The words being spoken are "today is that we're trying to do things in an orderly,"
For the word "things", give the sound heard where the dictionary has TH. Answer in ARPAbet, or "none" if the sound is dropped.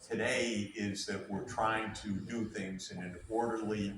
TH